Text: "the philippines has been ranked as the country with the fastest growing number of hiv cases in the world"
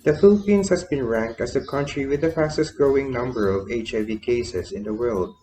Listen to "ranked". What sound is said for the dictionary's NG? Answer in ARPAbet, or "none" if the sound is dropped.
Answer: NG